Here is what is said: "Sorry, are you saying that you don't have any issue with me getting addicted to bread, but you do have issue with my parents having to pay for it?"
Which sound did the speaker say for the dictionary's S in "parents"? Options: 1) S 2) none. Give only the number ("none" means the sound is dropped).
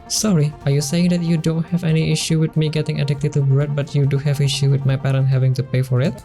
2